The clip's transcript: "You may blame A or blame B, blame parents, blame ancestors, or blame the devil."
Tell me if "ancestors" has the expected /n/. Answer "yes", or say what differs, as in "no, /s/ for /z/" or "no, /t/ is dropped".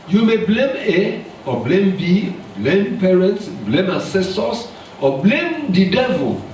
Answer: no, /n/ is dropped